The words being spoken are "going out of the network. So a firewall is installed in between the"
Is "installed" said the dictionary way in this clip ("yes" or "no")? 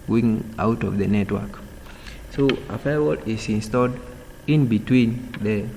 yes